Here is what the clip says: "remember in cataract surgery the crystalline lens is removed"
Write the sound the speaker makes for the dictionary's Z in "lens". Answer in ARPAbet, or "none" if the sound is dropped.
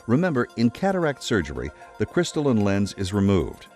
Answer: Z